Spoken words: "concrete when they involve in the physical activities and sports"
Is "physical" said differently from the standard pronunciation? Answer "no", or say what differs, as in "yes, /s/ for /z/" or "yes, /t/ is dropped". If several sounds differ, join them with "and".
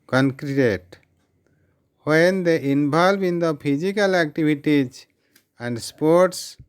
yes, /p/ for /f/